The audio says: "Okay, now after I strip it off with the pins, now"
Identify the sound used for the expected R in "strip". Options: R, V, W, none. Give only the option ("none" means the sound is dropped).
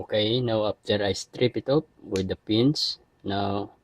R